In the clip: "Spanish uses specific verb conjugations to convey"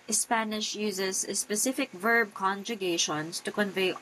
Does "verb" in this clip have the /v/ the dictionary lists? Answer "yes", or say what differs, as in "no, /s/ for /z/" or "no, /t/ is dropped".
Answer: yes